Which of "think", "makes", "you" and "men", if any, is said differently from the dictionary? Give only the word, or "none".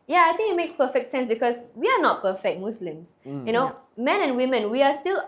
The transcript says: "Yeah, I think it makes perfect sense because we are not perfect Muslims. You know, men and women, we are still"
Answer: think